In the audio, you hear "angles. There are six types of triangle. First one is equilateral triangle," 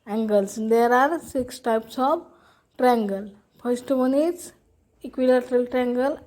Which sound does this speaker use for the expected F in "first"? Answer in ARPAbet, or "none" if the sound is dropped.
P